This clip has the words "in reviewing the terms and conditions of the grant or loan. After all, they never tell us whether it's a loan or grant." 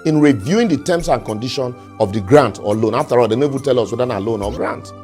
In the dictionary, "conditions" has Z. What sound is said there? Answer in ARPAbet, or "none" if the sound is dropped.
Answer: none